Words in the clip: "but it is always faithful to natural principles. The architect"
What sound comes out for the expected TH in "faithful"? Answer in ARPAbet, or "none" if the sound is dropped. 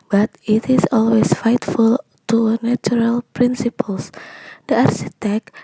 T